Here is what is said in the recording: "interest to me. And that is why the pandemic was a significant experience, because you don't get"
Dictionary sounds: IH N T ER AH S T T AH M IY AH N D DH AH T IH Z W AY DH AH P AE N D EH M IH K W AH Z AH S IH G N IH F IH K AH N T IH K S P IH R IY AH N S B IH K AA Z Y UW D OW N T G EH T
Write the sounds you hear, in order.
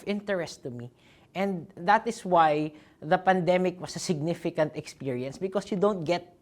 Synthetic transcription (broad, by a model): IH N T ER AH S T T AH M IY AH N D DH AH T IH S W AY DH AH P AE N D EH M IH K W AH S AH S IH G N IH F IH K AH N T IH K S P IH R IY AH N S B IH K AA S Y UW D OW N T G EH T